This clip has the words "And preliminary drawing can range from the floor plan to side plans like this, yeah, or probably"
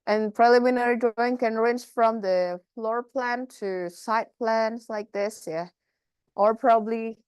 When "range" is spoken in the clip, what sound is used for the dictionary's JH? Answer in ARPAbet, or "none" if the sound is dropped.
CH